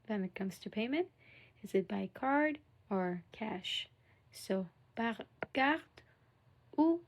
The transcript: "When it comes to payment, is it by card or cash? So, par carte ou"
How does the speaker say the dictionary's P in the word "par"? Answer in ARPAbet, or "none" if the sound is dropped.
B